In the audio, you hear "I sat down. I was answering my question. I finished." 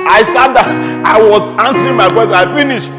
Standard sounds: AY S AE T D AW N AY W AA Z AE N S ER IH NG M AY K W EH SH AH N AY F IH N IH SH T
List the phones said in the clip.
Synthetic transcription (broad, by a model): AY S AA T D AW AY W AA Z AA N S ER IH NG M AY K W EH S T AY F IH N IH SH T